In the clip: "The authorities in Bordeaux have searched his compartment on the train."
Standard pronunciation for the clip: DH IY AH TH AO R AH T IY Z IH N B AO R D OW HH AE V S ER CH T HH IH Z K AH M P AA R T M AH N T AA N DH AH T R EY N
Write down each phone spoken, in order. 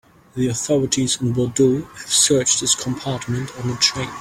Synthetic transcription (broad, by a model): DH IY AH TH AO R AH T IY Z IH N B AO D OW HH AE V S ER CH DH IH S K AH M P AA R T M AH N T N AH T R EY N